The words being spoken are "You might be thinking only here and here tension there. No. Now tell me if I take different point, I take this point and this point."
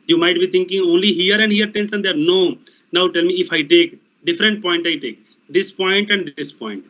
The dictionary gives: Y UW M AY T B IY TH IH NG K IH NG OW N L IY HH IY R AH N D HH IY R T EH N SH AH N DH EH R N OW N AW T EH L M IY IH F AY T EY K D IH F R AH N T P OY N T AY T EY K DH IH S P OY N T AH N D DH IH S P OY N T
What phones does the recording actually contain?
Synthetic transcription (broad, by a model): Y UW M AY T B IY T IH NG K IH NG OW N L IY HH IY R AH N D HH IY R T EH N S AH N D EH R N OW N AW T EH L M IY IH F AY T EY K D IH F R AH N T P OY N T AY T EY K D IH S P OY N T AH N D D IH S P OY N T